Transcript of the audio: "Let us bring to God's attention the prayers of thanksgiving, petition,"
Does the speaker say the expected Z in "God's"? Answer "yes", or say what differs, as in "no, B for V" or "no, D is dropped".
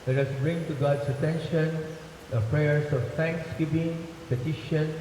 no, S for Z